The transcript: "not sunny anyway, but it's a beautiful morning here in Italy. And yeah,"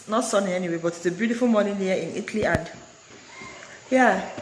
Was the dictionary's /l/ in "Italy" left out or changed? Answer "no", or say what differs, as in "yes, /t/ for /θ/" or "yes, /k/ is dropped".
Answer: no